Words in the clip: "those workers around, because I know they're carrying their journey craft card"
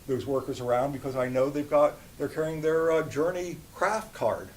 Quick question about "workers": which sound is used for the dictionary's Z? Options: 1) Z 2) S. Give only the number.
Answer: 1